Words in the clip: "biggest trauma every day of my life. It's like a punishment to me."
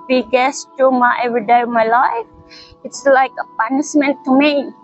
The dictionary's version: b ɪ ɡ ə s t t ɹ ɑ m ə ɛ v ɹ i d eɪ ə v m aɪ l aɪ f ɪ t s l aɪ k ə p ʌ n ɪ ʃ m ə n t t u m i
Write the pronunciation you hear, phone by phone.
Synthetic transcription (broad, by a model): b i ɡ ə s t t u m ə ɛ v ɹ i d eɪ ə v m aɪ l aɪ f ɪ t s l aɪ k ə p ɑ n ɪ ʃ m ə n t t u m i